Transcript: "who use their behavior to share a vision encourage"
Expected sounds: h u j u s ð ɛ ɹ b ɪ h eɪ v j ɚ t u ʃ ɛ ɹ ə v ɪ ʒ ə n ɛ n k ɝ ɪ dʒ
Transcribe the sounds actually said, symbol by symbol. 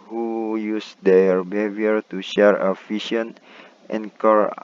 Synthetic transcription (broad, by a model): h u j u s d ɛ ɹ b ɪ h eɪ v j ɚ t u ʃ ɛ ɹ ə f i ʃ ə n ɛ n k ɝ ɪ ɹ